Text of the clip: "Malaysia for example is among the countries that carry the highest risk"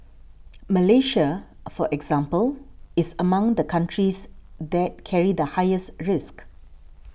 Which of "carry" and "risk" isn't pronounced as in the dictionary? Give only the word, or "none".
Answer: none